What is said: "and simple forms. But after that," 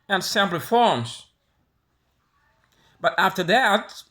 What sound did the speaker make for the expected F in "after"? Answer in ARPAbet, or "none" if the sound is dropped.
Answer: F